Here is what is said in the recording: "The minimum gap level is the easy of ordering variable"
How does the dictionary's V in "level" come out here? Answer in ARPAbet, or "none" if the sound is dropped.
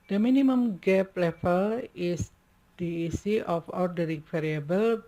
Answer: F